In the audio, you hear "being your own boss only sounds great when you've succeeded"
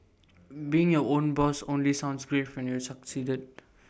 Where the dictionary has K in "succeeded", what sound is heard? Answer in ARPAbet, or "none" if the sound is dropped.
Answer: K